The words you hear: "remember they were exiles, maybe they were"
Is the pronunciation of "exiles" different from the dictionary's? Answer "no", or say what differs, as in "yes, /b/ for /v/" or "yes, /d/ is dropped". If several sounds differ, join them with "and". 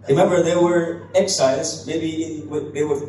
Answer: yes, /l/ is dropped